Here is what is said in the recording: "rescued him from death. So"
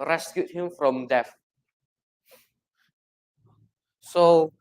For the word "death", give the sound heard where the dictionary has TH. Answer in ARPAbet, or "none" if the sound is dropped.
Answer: F